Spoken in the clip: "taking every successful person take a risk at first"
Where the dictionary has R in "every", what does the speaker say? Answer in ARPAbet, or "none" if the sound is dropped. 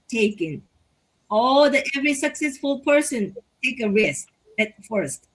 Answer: R